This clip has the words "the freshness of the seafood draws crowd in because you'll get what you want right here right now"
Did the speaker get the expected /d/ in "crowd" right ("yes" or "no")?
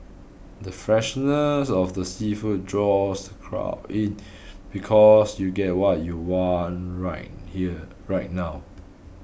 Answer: no